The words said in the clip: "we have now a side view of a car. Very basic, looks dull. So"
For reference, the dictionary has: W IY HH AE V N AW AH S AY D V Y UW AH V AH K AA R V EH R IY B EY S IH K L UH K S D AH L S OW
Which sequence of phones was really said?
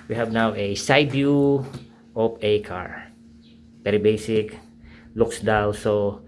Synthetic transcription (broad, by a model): W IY HH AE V N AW AH S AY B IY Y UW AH P AH K AA R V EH R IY B EY S IH K L UH K S D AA W S OW